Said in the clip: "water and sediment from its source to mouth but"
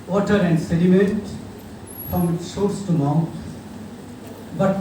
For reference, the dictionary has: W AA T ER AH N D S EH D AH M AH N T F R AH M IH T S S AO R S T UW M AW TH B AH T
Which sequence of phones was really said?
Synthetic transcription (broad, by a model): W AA T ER AH N D S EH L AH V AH T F R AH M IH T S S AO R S T UW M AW T B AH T